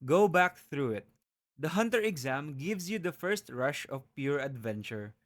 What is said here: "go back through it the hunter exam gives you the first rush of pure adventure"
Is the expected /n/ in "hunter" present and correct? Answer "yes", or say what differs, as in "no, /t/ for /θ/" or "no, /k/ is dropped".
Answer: yes